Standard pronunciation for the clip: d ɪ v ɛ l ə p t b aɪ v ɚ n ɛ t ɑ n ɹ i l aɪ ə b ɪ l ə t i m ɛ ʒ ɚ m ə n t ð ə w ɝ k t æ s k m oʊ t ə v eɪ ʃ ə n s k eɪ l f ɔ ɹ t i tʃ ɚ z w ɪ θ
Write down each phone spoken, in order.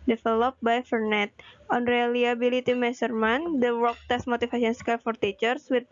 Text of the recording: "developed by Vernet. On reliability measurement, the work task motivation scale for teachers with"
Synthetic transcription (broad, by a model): d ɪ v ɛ l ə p b aɪ f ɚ n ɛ t ɑ n ɹ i l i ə b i l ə t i m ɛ s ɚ m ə n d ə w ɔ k t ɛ s m oʊ t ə f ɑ s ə n s k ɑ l f ɔ ɹ t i tʃ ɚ s w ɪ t